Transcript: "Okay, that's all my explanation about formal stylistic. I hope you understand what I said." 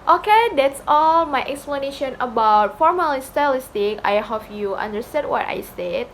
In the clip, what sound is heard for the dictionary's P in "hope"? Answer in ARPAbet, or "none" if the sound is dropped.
F